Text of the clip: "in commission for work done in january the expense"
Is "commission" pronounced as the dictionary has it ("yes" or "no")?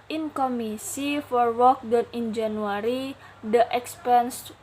no